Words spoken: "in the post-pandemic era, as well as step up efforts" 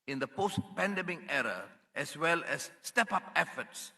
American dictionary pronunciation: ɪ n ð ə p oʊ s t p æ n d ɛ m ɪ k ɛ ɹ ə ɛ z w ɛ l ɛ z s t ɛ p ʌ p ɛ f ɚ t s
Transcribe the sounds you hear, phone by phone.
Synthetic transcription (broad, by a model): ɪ n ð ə p oʊ s t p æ n d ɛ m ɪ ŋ ɛ ɹ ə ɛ s w ɛ l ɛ s t ɛ p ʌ p ɛ f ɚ t s